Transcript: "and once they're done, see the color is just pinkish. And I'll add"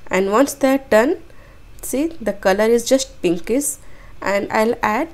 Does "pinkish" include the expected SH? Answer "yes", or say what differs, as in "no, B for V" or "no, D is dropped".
no, S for SH